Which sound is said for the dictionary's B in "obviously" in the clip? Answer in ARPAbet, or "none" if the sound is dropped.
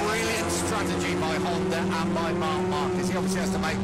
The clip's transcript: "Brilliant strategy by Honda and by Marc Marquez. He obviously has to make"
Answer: none